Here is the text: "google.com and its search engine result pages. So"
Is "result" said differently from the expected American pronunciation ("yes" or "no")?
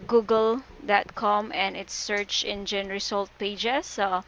yes